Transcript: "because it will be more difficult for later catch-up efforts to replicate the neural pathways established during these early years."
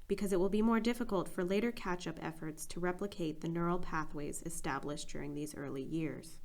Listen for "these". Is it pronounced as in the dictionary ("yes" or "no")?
yes